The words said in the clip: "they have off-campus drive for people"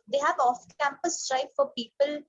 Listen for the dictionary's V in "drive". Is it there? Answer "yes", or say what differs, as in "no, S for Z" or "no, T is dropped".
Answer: no, P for V